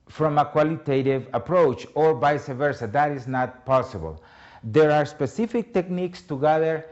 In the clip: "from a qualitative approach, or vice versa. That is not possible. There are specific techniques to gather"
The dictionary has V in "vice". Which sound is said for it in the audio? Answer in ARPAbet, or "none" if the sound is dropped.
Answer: B